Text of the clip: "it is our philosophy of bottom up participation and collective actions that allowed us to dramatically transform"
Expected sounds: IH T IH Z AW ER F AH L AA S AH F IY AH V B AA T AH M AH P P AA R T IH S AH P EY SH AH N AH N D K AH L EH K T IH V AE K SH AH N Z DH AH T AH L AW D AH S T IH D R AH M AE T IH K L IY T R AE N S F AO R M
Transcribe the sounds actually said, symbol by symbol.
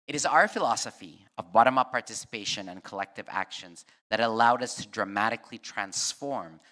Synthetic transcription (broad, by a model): IH T IH Z AW ER F AH L AA S AH F IY AH V B AA T AH M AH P P AA R T IH S AH P EY SH AH N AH N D K AH L EH K T IH V AE K SH AH N Z DH AH T AH L AW D AH S T IH D R AH M AE T IH K L IY T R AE N S F AO R M